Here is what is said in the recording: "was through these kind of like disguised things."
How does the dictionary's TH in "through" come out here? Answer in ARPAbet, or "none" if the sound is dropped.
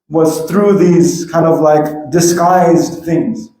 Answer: TH